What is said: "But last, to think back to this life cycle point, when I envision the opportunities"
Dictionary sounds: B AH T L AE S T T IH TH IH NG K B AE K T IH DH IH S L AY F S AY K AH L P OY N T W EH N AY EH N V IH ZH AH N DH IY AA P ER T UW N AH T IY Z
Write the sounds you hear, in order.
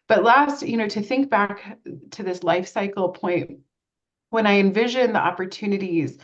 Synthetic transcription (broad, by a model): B AH T L AE S T T IH TH IH NG K B AE K T IH DH IH S L AY F S AY K L P OY N T W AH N AY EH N V IH ZH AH N DH IY AA P ER T UW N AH T IY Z